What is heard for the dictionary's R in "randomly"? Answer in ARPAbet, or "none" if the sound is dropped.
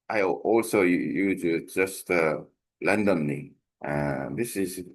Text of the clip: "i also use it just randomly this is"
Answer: L